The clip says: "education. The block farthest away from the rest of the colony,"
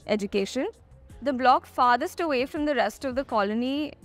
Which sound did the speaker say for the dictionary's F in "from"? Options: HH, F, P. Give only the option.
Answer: F